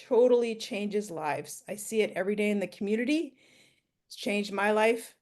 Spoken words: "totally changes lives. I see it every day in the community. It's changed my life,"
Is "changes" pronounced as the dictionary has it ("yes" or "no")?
yes